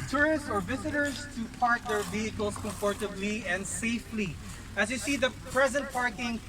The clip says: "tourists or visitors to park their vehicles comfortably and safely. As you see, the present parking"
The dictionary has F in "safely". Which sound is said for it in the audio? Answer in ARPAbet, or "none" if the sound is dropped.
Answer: F